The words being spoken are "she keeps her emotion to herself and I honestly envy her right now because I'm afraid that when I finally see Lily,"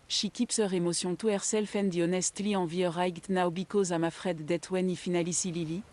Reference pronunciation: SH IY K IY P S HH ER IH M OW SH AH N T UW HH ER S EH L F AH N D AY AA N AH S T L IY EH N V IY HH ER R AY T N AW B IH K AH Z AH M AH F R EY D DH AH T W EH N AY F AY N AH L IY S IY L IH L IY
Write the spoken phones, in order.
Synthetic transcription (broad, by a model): SH IY K IY P S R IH M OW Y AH T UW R S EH L F AH N D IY AA N AH S T L IY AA V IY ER R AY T N AW B IH K AH Z AH M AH F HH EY D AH T W EH N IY F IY N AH L IY S IY L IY L IY